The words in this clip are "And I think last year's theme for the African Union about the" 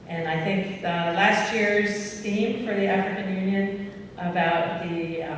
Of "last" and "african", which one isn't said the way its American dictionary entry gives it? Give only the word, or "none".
none